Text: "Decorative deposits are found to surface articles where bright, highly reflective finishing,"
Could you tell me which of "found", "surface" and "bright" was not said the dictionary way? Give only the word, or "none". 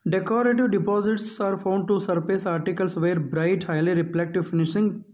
surface